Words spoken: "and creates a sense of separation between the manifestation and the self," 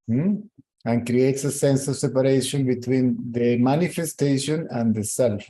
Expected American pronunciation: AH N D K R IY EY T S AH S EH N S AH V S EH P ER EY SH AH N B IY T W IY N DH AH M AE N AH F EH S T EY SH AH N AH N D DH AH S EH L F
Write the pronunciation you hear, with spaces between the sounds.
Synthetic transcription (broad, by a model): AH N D K R IY EY T S AH S EH N S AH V S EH P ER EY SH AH N B IY T W IY N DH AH M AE N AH F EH S T EY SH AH N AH N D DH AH S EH L F